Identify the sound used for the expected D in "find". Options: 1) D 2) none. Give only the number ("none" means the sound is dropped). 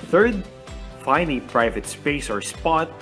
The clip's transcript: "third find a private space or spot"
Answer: 2